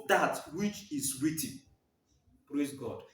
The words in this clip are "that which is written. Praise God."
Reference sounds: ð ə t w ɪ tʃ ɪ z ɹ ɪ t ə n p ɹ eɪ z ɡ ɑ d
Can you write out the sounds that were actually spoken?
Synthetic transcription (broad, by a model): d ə t w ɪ tʃ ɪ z w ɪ t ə p ɹ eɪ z ɡ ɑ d